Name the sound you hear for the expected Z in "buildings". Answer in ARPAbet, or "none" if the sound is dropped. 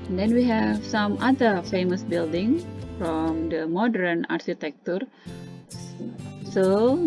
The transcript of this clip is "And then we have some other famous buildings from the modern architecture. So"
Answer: none